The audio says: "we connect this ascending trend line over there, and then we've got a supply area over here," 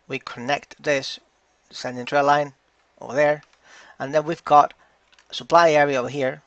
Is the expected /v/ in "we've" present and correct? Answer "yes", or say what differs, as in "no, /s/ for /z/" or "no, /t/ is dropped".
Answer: yes